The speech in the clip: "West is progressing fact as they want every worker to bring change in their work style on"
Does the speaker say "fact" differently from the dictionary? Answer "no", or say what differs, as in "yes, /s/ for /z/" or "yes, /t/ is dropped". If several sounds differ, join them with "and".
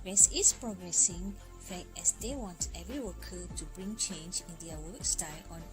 yes, /t/ is dropped